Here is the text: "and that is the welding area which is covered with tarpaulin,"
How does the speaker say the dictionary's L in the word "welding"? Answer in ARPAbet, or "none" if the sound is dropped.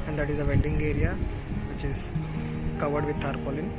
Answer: N